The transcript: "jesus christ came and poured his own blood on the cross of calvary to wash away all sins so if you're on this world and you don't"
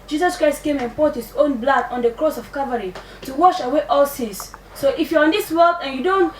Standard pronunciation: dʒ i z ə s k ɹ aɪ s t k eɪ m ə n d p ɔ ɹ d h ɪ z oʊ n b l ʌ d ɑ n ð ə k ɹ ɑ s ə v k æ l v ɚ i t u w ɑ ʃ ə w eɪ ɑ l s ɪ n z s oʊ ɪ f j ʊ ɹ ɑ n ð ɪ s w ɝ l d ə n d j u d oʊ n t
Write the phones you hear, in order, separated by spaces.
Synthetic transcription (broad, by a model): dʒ i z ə s k ɹ aɪ s t k eɪ m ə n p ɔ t h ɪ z oʊ n b l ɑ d ɑ n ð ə k ɹ ɑ s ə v k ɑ v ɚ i t u w ɑ ʃ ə w eɪ ɑ l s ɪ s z s oʊ ɪ f j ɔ ɹ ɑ n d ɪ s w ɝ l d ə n j u d oʊ n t